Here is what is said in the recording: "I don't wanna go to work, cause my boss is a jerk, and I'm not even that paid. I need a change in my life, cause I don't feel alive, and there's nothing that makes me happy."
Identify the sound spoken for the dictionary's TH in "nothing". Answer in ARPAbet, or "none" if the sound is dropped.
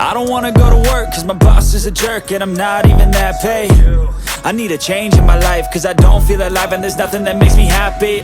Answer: TH